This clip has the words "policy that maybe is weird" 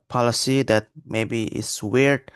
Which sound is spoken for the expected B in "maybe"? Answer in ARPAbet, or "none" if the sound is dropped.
B